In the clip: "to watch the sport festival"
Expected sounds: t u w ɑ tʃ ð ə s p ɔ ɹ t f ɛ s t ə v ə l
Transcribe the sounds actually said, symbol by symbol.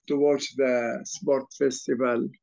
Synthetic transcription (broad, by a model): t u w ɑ s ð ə s p ɔ ɹ t f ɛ s t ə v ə l